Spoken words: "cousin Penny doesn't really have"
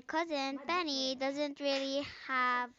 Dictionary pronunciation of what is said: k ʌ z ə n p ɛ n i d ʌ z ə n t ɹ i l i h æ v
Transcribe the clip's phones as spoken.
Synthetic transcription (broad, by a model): k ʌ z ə n p ɛ n i d ʌ z ə n t ɹ i l i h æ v